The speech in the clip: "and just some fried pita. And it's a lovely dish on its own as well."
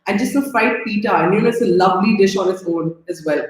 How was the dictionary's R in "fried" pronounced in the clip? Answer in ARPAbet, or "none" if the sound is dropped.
none